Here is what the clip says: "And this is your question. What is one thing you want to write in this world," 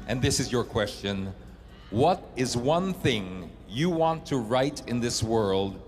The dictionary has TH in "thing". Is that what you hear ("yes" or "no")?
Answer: yes